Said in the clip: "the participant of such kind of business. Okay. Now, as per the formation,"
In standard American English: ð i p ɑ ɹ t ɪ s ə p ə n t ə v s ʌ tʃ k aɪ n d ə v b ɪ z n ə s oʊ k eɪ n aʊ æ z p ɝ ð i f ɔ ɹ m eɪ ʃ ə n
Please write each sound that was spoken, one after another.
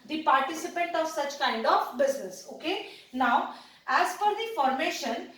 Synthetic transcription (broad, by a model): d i p ɑ ɹ t ɪ s ə p ə n t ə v s ʌ tʃ k aɪ n d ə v b ɪ z n ə s oʊ k eɪ n aʊ æ z f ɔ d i f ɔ ɹ m eɪ ʃ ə n